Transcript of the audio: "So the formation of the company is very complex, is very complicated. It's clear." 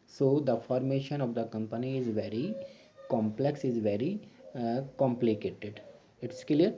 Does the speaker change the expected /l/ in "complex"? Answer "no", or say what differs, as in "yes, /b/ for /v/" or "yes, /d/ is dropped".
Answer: no